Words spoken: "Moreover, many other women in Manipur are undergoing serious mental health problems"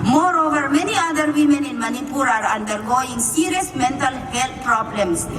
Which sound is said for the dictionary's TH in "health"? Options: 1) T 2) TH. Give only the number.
1